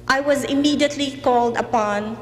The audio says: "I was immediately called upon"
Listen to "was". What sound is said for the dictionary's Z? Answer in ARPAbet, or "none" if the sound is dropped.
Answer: Z